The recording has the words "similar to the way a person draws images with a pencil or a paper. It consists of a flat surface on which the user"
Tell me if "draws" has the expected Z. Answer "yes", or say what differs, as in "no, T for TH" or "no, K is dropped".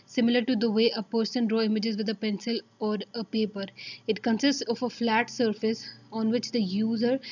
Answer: no, Z is dropped